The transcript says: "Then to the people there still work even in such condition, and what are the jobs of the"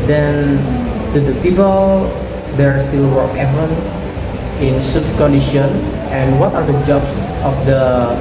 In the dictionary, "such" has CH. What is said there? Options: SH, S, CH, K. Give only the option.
S